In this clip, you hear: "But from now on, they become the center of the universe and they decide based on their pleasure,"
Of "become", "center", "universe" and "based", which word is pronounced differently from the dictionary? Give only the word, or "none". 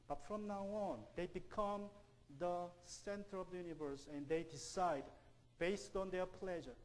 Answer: none